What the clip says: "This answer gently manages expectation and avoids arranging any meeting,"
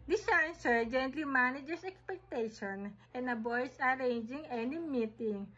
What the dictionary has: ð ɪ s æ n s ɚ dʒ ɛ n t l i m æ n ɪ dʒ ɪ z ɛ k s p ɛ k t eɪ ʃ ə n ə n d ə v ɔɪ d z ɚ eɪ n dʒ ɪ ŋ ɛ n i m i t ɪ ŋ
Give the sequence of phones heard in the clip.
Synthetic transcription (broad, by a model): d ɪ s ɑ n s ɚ dʒ ɛ n t l i m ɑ n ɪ dʒ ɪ s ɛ k s p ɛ k t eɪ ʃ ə n ə n d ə b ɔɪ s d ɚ eɪ n dʒ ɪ ŋ ɛ n i m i t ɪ ŋ